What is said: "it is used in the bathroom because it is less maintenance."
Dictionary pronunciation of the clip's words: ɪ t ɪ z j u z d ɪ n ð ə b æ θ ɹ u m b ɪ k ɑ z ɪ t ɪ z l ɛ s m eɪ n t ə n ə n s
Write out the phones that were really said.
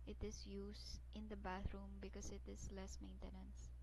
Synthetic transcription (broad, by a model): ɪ t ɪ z j u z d ɪ n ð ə b æ θ ɹ u m b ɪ k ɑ s ɪ t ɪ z l ɛ s m eɪ n t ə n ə n s